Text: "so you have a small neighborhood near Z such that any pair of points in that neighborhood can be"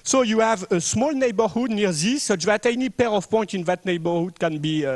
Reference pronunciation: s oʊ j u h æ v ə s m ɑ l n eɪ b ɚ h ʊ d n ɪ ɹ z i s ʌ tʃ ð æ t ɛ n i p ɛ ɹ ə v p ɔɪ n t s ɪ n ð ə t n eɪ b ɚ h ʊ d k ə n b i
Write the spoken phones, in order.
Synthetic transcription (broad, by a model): s oʊ j u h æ v ə s m ɑ l n eɪ b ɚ h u d n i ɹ z i s ʌ tʃ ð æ t ɛ n i p ɛ ɹ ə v p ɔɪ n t ɪ n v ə t n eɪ b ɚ h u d k ə n b i